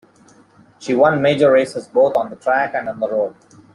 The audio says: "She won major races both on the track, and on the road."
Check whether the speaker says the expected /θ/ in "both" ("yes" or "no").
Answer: no